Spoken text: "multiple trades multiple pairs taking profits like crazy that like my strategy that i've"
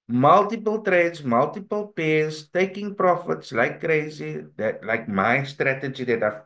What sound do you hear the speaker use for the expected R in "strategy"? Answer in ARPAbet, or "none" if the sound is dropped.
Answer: R